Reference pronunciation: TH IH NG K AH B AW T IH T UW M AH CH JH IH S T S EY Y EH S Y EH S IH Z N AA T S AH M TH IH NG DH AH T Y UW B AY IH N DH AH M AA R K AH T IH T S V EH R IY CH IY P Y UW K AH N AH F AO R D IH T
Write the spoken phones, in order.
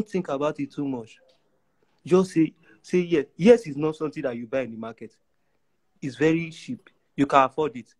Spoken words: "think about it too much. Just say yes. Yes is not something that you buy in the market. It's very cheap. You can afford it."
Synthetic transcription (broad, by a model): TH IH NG K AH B AW T IH T UW M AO CH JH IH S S S EY Y EH S Y EH S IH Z N AA T S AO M T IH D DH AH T Y UW B AY IH N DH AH M AA K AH T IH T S V EH R IY SH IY P Y UW K AH N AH F AO D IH T